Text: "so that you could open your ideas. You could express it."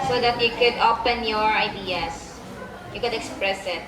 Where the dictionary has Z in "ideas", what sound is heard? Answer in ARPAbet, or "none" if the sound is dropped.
S